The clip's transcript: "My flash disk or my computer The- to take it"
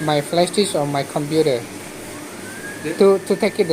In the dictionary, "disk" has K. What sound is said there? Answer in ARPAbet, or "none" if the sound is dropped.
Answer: none